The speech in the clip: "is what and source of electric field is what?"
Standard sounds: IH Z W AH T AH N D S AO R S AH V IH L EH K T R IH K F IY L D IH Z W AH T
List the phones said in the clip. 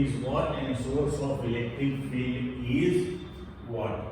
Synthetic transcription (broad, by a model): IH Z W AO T AH N D S AO R S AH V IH L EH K T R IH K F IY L IH Z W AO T